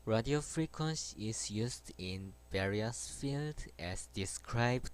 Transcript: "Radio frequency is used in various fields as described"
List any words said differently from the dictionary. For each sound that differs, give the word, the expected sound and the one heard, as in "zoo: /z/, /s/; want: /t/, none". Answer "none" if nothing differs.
fields: /z/, none